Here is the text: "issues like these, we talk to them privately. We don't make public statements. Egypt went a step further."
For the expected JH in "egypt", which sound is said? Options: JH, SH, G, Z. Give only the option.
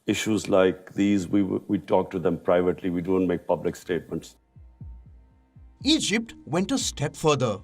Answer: JH